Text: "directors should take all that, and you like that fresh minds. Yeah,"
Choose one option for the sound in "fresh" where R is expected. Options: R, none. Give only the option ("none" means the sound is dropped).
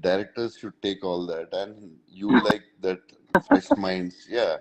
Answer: none